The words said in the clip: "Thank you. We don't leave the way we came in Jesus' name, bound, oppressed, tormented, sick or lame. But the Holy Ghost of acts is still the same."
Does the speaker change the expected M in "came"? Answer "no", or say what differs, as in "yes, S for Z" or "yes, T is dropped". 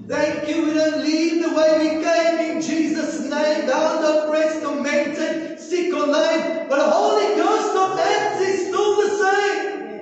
no